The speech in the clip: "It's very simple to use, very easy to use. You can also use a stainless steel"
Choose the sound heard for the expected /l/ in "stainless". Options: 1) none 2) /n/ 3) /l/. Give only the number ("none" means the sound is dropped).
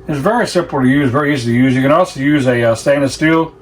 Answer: 1